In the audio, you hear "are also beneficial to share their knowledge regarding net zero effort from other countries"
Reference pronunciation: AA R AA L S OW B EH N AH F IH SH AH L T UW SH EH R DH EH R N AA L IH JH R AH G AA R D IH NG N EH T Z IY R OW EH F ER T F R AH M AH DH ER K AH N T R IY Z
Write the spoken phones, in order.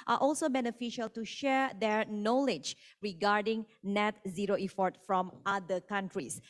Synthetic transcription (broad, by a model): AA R AA L S OW B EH N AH F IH SH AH L T UW SH EH R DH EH R N AA L IH JH R AH G AA R D IH NG N EH T Z IY R OW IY F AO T F R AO M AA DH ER K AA N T R IY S